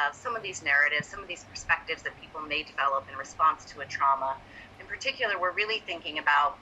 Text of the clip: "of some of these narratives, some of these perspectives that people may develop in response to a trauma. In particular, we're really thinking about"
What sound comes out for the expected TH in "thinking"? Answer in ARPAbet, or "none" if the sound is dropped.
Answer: TH